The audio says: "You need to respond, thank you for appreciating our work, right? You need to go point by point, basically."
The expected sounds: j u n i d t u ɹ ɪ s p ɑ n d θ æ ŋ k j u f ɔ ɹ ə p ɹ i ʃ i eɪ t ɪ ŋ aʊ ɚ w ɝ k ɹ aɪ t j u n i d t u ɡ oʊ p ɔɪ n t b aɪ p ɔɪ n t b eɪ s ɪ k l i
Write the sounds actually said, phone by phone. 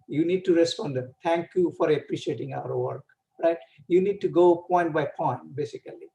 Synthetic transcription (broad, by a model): j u n i d t u ɹ ɪ s p ɑ n d t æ ŋ k j u f ɔ ɹ ə p ɹ i ʃ i eɪ t ɪ ŋ aʊ ɚ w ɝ k ɹ aɪ t j u n i d t u ɡ oʊ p ɔɪ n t b aɪ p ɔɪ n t b eɪ s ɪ k l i